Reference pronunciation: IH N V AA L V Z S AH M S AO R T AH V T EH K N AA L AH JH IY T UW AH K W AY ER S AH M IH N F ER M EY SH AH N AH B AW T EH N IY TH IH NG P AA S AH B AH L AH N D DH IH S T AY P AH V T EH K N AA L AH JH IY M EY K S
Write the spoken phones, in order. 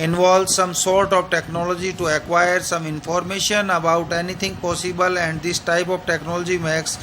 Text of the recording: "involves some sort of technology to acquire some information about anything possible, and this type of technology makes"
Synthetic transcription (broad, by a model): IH N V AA L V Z S AH M S AO R T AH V T EH K N AA L AH JH IY T UW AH K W AY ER S AH M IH N F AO M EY SH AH N AH B AW T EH N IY T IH NG P AA S AH B AH L AH N D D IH S T AY P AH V T EH K N AA L AH JH IY M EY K S